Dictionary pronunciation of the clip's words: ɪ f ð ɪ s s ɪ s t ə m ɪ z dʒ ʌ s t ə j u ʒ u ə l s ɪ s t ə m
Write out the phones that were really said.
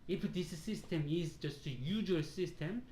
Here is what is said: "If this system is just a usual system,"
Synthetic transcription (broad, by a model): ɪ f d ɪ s s ɪ s t ə m ɪ z dʒ ʌ s t ə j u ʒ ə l s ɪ s t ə m